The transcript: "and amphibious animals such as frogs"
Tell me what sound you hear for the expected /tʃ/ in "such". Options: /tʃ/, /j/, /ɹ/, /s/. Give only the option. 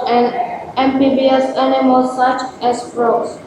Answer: /tʃ/